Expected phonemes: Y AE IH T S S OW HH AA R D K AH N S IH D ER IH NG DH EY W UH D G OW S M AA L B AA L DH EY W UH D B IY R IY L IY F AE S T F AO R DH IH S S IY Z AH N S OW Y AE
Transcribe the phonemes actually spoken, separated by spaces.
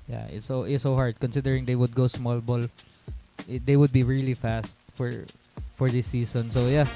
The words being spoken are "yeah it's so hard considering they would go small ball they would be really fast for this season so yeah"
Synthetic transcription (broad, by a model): Y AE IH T S S OW HH AA R D K AH N S IH D ER IH NG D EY W UH D G OW S M AA L B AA L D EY W UH D B IY R IY L IY F AE S T F AO R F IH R S IY S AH N S OW Y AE